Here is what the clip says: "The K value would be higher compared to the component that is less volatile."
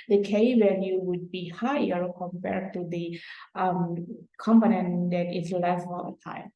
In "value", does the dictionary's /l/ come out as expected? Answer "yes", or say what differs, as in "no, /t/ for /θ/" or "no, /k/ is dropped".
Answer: no, /n/ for /l/